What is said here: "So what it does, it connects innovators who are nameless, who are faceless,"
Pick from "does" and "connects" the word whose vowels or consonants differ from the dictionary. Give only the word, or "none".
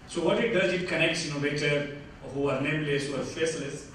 none